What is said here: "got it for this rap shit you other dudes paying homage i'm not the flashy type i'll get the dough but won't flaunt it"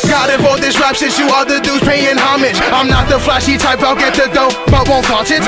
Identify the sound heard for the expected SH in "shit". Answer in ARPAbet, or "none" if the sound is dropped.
S